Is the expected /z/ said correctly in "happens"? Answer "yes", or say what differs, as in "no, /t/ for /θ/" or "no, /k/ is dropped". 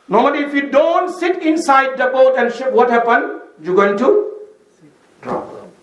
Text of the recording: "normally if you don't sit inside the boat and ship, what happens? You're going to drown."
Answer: no, /z/ is dropped